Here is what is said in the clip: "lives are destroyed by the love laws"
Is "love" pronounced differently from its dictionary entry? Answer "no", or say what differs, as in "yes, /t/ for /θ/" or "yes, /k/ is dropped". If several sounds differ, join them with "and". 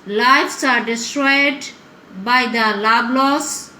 yes, /b/ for /v/